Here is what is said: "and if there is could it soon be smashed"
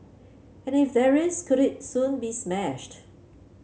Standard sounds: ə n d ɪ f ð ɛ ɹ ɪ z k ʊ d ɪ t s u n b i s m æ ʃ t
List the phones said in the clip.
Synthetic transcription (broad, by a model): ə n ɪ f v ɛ ɹ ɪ s k ʊ d ɪ t s u n b i s m æ ʃ t